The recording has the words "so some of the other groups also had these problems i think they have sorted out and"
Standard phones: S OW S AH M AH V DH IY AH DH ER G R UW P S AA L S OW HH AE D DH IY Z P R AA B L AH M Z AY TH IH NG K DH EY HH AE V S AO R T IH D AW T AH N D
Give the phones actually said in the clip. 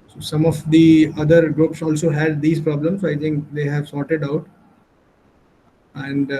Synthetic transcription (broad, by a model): S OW S AH M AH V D IY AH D ER G R UW P S AA L S OW HH AE D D IY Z P R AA B L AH M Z AY T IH NG K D EY HH AE V S AO T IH D AW T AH N D